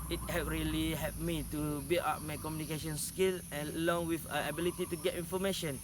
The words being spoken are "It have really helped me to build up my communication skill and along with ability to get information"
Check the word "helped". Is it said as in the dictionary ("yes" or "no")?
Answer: no